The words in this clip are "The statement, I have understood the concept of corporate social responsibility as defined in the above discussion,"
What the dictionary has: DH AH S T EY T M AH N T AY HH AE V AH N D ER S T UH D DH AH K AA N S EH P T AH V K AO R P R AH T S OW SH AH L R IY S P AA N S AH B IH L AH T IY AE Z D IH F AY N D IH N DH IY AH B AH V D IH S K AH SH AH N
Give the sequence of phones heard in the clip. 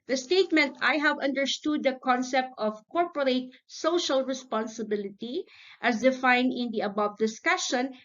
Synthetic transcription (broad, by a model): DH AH S T EY T M AH N T AY HH AE V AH N D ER S T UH D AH K AA N S EH P T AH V K AO R P R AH T S OW SH AH L R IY S P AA N S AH B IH L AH T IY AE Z D IH F AY N D IH N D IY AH B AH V D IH S K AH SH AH N